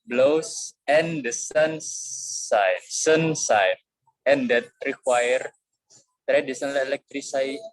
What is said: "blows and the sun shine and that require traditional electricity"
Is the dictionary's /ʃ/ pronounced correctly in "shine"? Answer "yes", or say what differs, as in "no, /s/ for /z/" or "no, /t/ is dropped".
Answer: no, /s/ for /ʃ/